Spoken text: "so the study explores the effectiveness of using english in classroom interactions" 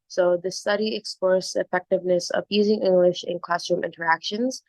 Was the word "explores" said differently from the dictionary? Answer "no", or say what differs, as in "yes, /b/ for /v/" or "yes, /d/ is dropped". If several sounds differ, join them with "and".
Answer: yes, /l/ is dropped